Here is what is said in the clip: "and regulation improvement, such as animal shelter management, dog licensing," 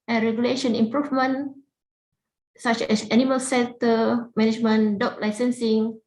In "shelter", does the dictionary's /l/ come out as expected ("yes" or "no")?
no